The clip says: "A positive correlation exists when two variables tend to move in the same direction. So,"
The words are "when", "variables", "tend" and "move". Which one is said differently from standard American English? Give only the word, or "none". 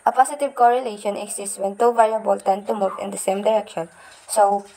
variables